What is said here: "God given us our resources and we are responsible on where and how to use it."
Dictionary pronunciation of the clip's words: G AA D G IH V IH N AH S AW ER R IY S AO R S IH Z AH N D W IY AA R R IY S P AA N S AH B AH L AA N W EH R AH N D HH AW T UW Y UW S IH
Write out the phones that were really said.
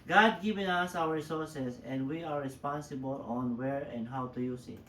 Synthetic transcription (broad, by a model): G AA D G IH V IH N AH S AW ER R S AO R S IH S AH N D W IY AA R R IY S P AA N S AH B AH L AA N W EH R AH N D HH AW T UW Y UW S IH